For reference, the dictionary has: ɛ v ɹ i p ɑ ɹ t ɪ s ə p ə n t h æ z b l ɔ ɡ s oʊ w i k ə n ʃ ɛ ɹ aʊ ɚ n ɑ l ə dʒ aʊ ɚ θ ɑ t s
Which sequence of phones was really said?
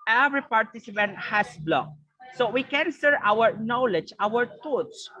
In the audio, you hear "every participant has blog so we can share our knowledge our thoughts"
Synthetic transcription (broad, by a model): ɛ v ɹ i p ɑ ɹ t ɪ s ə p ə n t h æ s b l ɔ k s oʊ w i k ə n s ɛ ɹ aʊ ɚ n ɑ l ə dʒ aʊ ɚ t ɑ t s